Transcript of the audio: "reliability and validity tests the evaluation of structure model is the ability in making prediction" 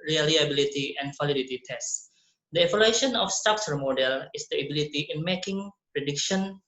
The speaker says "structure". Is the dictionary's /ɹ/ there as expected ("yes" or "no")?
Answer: no